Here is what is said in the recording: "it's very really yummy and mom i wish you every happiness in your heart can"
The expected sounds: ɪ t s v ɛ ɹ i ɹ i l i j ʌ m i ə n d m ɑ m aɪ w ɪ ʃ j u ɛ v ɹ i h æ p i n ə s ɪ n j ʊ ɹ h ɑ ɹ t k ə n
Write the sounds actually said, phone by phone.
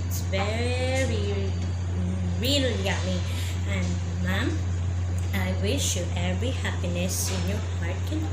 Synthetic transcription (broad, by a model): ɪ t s v ɛ ɹ i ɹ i l j ʌ m i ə n m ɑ m aɪ w ɪ ʃ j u ɛ v ɹ i h æ p i n ə s ɪ n j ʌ ɹ h ɑ ɹ t k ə n